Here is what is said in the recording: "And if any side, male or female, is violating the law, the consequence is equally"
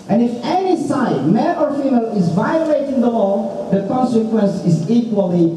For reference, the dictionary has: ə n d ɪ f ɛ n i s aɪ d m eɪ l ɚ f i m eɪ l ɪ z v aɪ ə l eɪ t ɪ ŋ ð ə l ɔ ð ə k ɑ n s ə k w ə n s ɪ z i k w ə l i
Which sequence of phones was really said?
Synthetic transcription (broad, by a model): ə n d ɪ f ɛ n i s aɪ d m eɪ n ɚ f i m eɪ l ɪ z v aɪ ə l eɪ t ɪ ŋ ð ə l ɔ ð ə k ɑ n s ə k w ə n s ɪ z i k w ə l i